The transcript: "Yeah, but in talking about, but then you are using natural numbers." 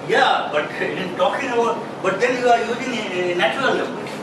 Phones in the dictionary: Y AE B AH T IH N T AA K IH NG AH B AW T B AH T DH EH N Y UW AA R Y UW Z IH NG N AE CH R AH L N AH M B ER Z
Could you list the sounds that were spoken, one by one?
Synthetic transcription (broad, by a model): Y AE B AH T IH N T AA K IH NG AH B AW T B AH T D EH N Y UW AA R Y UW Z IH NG N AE CH AH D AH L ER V